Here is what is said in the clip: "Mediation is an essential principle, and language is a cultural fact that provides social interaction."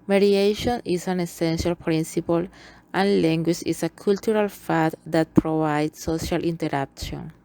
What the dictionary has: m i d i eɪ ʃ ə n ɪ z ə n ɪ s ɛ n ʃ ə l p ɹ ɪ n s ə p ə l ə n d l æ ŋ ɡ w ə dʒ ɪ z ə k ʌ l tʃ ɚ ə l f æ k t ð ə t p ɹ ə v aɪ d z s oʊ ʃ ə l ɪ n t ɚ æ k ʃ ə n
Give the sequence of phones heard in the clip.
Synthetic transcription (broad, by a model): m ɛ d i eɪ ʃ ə n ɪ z ə n ɪ s ɛ n ʃ ə l p ɹ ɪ n s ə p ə l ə n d l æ ŋ ɡ w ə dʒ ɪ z ə k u l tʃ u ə l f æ t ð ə t p ɹ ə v aɪ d s oʊ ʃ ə l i n t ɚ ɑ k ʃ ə n